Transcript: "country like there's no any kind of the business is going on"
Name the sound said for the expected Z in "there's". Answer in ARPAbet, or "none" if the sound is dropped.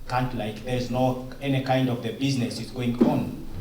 Z